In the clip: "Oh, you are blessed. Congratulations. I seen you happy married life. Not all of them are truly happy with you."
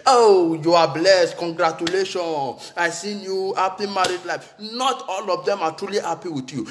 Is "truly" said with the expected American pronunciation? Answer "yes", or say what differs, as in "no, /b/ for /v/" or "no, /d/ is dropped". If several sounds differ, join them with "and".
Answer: yes